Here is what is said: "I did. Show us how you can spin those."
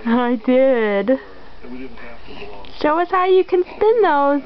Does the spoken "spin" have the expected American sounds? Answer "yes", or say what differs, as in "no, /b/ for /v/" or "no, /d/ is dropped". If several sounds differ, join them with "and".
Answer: yes